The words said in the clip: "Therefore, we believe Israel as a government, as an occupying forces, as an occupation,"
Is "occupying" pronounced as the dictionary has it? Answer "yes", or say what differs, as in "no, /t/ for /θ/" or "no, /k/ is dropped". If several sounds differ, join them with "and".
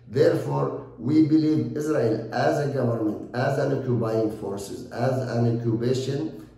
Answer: no, /b/ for /p/